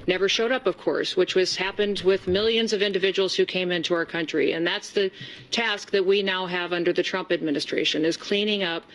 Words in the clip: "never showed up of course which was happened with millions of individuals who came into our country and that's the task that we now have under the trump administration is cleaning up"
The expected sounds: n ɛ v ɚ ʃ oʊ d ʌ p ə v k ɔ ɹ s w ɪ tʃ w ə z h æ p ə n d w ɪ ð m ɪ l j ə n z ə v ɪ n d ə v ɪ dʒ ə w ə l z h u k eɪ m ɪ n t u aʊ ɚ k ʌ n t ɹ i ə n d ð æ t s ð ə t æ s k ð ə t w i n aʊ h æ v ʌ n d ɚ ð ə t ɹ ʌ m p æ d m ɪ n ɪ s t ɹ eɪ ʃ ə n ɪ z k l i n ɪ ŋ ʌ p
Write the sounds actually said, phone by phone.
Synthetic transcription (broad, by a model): n ɛ v ɚ ʃ oʊ d ʌ p ə v k ɔ ɹ s w ɪ tʃ w ə z h æ p ə n d w ɪ ð m ɪ l j ə n z ə v ɪ n d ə v ɪ dʒ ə w l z h u k eɪ m ɪ n t u aʊ ɚ k ʌ n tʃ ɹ i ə n ð æ t s ð ə t æ s k ð ə t w i n aʊ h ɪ v ʌ n d ɚ ð ə t ɹ ʌ m p æ d m ɪ n ɪ s t ɹ eɪ ʃ ə n ɪ z k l i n ɪ ŋ ʌ p